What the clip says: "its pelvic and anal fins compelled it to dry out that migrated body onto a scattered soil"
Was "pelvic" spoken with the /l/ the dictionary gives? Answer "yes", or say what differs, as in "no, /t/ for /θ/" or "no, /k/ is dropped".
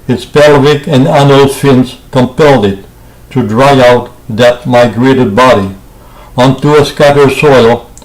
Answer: yes